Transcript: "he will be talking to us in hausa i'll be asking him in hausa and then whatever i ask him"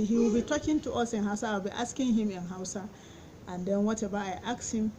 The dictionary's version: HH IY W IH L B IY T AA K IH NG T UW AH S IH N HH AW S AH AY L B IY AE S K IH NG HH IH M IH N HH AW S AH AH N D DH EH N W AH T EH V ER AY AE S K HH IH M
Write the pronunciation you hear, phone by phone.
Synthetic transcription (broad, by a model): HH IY W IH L B IY T AA K IH NG T UW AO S IH N HH AW S AH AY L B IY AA S K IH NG HH IH M IH N HH AW S AH AH N D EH N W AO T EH B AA AY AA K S HH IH M